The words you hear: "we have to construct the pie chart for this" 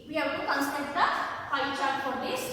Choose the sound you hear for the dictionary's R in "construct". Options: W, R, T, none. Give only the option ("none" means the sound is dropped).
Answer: none